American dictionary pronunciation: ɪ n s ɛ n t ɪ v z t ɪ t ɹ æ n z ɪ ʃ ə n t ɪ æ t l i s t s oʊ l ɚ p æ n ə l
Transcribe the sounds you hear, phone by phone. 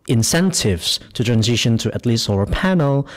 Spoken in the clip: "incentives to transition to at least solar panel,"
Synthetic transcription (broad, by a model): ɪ n s ɛ n t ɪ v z t ɪ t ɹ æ n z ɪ ʃ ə n t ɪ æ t l i s t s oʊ ɚ p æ n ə l